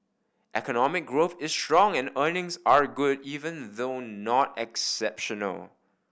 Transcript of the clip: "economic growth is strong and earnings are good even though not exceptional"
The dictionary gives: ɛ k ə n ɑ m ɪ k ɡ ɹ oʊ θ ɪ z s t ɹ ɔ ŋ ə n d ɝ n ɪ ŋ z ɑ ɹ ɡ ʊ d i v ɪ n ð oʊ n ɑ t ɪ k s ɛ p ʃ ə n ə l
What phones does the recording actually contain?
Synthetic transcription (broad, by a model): ɛ k ə n ɑ m ɪ k ɡ ɹ oʊ θ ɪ s t ɹ ɔ ŋ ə n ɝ n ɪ ŋ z ɑ ɹ ɡ ʊ d i v ɪ n ð oʊ n ɑ t ɪ k s ɛ p ʃ ə n ə l